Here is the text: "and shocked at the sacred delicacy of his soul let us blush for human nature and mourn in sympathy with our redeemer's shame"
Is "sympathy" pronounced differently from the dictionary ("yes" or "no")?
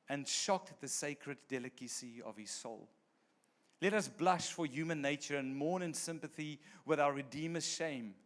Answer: no